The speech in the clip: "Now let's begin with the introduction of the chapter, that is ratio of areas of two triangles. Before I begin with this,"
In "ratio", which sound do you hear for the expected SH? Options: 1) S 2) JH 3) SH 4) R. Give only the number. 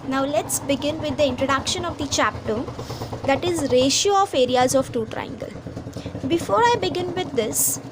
3